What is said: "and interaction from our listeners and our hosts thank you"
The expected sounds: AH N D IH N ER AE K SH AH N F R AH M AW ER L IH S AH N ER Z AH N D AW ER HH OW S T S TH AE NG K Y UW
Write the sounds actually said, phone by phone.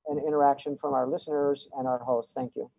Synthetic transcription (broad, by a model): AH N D IH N ER AE K SH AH N F R AH M AW ER L IH S AH N ER Z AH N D AW ER HH OW S T S TH AE NG K Y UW